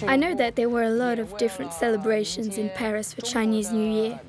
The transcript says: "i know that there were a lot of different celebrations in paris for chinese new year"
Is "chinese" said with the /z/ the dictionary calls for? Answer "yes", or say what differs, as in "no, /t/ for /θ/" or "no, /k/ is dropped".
yes